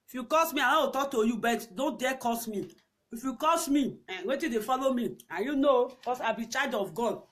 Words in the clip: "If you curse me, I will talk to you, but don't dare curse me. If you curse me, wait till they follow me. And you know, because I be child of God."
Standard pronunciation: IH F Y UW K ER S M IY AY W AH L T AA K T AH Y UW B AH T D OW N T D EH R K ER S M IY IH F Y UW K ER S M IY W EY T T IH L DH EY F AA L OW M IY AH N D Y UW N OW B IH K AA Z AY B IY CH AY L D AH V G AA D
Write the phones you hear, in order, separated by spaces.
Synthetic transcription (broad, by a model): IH F Y UW K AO S M IY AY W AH W T AA K T AH Y UW B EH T D OW N T D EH K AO S M IY IH F Y UW K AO S M IY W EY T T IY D EY F AA L OW M IY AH Y UW N OW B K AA S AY B IY CH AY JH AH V G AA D